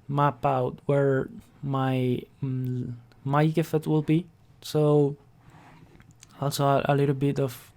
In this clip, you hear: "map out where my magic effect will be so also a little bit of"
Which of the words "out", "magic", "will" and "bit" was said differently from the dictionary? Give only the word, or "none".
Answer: magic